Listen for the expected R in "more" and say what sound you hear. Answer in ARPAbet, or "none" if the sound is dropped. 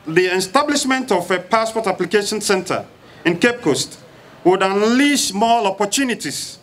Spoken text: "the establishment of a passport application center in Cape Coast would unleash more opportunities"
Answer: L